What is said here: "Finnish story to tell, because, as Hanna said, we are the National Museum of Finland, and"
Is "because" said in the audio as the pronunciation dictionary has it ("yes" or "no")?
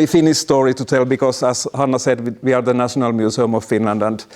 no